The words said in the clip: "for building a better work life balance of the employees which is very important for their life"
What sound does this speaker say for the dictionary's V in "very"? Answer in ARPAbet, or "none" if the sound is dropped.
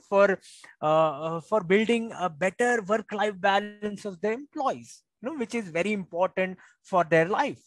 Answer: V